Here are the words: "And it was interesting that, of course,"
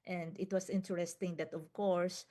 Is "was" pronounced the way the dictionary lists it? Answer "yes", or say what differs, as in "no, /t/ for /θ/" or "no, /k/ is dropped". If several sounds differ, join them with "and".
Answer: no, /s/ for /z/